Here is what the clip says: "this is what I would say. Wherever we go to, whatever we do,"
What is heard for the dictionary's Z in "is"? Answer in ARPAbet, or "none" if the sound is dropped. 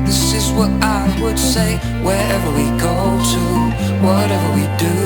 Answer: Z